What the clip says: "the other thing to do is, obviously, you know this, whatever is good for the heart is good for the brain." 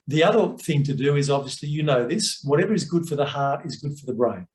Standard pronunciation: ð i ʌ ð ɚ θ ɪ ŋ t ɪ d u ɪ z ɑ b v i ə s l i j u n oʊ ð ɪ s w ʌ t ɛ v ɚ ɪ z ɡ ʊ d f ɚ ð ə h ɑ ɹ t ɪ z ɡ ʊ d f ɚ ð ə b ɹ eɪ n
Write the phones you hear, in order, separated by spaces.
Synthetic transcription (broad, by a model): ð i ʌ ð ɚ θ ɪ ŋ t ɪ d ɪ ɪ z ɑ b v i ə s l i j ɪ n oʊ ð ɪ s w ʌ t ɛ v ɚ ɪ z ɡ ʊ d f ɚ ð ə h ɑ ɹ t ɪ z ɡ ʊ d f ɚ ð ə b ɹ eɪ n